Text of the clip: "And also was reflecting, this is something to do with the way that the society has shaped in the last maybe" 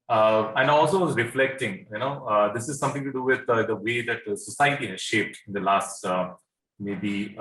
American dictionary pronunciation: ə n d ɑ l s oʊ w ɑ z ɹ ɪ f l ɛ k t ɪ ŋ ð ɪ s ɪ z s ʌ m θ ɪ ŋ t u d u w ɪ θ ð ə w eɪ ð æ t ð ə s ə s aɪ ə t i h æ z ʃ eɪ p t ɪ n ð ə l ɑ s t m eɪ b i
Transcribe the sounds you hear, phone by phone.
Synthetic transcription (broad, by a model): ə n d ɑ l s oʊ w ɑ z ɹ ɪ f l ɛ k t ɪ ŋ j ɪ s ɪ z s ʌ m t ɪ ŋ t u d u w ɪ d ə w eɪ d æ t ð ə s ə s aɪ ə t i h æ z ʃ eɪ p t ɪ n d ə l ɑ s t m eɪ b i